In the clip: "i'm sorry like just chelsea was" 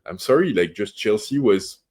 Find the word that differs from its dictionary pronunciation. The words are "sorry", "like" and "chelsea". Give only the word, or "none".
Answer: none